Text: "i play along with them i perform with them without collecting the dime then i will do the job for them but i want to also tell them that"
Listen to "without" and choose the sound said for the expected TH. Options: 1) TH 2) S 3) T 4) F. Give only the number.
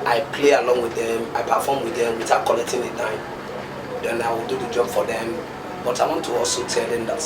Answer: 3